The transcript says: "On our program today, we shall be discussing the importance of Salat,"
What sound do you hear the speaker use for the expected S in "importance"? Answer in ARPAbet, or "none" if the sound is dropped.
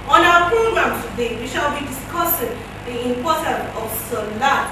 none